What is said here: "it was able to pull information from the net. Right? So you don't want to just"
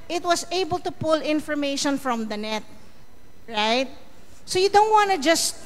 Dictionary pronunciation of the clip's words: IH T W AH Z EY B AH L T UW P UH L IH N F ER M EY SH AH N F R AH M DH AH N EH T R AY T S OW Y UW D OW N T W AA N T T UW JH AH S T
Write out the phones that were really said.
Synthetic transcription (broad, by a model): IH T W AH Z EY B AH L T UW P UH L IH N F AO M EY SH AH N F R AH M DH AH N EH T R AY T S OW Y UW D OW N T W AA N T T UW JH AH S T